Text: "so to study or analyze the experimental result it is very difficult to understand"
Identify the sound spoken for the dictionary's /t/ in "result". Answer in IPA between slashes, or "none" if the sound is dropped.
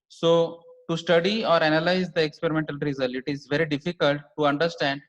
none